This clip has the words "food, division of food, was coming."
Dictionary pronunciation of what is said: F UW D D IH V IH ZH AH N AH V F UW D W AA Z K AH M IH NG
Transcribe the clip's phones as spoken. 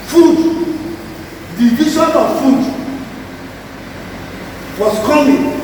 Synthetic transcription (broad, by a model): F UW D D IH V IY S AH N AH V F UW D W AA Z K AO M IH